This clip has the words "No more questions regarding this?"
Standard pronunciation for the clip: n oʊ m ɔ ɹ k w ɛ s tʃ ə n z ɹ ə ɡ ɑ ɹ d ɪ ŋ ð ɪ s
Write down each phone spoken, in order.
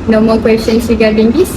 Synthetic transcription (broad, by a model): n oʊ m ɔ l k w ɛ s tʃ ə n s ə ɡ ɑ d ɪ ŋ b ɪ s